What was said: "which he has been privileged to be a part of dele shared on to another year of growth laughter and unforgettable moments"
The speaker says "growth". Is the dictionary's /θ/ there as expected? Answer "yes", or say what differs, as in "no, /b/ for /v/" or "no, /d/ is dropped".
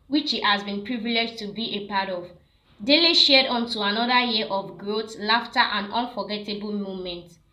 no, /t/ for /θ/